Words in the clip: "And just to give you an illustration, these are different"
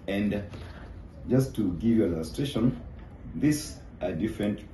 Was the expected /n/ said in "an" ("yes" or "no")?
no